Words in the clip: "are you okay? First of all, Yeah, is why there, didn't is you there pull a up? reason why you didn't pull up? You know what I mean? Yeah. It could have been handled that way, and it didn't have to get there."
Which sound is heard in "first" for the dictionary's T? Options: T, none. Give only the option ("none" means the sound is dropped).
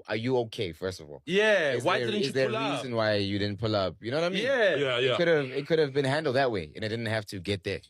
T